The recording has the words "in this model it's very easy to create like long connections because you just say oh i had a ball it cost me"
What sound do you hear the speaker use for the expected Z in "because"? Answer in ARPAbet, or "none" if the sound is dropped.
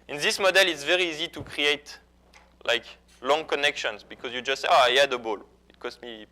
Z